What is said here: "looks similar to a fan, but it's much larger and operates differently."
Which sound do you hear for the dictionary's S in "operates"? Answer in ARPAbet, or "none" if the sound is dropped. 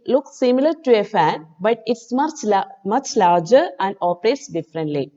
S